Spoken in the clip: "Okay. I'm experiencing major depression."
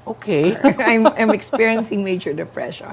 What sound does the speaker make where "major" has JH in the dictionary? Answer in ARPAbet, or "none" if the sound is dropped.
CH